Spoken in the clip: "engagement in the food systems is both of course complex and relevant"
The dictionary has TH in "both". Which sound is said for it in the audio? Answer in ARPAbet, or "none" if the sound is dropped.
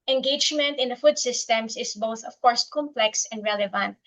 TH